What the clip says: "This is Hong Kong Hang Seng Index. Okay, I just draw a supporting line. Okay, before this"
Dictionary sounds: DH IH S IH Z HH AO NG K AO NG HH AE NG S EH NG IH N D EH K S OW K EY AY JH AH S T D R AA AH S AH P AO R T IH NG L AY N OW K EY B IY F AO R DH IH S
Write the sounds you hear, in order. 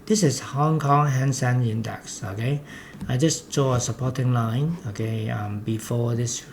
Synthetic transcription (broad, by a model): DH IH S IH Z HH AO NG K AO NG HH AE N S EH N IH N D EH K S OW K EY AY JH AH S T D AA AH S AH P AO T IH NG L AY N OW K EY B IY F AO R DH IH S